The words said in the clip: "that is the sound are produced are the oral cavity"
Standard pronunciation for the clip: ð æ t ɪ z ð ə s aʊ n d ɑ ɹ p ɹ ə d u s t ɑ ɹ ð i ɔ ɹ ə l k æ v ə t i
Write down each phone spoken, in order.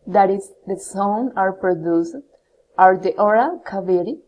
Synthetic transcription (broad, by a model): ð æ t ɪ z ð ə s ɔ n ɑ ɹ p ɹ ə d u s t ɑ ɹ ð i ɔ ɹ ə k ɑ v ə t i